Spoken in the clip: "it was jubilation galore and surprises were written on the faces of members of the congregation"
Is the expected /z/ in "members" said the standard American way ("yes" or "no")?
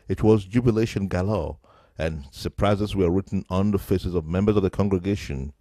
yes